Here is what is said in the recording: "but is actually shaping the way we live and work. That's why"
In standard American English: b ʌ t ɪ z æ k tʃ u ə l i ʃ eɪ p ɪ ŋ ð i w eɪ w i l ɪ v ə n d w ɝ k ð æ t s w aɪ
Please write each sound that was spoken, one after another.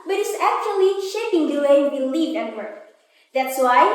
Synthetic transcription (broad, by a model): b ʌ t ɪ s æ k tʃ u ə l i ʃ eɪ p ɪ ŋ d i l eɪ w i l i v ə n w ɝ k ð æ t s w aɪ